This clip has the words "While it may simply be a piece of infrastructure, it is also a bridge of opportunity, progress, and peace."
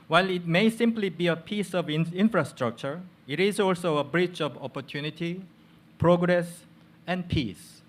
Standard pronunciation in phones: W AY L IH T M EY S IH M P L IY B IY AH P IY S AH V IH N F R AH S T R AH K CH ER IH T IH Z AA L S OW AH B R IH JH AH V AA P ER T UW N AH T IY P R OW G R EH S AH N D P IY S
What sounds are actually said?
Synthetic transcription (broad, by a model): W AY L IH T M EY S IH M P L IY B IY AH P IY S AH V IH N F R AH S T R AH K CH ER IH T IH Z AA L S OW AH B R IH CH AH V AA P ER T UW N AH T IY P R OW G R EH S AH N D P IY S